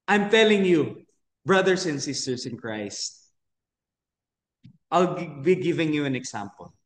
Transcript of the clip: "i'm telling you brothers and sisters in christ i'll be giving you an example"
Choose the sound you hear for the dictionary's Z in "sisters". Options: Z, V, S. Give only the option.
S